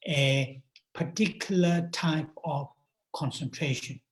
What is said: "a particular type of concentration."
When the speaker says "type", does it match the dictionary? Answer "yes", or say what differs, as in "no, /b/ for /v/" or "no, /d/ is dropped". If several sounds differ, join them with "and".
yes